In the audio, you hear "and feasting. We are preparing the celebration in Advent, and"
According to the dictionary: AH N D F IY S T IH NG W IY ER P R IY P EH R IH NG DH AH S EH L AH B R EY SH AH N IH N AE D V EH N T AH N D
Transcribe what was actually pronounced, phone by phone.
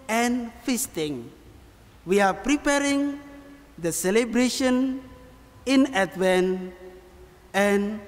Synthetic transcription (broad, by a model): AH N F IY S T IH NG W IY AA P R IY P EH R IH NG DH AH S EH L AH B R EY SH AH N IH N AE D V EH N AH N